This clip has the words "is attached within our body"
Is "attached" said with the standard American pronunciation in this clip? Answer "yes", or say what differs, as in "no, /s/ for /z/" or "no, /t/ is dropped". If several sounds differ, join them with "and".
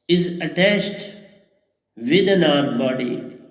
no, /s/ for /tʃ/